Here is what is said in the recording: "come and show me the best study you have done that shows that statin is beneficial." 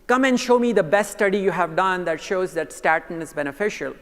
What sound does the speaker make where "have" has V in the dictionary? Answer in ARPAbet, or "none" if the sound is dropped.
V